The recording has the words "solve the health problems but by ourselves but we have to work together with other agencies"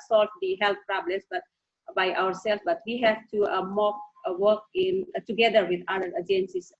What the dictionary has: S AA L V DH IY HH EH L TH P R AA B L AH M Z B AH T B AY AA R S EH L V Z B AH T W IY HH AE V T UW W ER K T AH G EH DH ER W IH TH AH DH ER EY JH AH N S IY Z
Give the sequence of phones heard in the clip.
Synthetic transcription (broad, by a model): S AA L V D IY HH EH L T P R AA B L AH M S B AH T B AY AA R S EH L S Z B AH T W IY HH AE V T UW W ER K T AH G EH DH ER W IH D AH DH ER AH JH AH N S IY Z